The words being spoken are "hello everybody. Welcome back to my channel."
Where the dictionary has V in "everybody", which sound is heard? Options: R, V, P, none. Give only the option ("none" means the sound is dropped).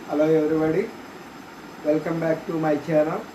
none